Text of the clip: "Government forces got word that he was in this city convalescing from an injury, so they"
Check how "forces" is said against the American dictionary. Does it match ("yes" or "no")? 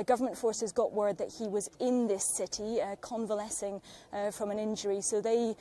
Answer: yes